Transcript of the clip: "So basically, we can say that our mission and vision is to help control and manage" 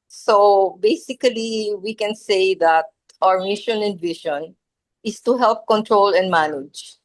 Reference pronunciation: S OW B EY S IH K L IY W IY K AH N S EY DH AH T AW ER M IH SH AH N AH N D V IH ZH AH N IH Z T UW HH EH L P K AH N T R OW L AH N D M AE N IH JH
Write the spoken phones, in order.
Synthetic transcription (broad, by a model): S OW B EY S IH K L IY W IY K AH N S EY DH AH T AW ER M IH SH AH N AH N D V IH SH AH N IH S T UW HH EH L P K AH N T R OW L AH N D M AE N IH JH